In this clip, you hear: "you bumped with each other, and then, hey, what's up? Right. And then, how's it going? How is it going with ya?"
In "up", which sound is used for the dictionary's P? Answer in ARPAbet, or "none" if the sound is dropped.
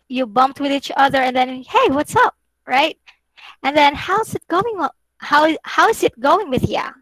P